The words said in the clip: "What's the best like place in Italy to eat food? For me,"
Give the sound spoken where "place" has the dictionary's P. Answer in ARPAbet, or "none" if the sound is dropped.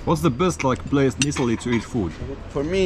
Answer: B